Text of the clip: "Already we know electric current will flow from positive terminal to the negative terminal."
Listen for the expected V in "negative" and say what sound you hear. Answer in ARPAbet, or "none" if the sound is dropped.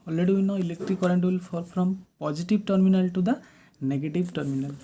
B